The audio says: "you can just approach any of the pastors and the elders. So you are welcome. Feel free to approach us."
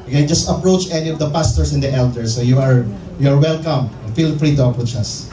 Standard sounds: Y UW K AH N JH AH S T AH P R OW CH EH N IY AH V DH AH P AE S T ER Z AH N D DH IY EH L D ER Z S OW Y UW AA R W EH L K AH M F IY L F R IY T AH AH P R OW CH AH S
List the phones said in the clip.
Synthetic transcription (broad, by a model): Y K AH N JH AH S T AH P R OW CH EH N IY AH V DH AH P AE S T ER S AH N D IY EH L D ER S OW Y UW AA R W EH L K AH M F IY L F R IY T AH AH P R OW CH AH S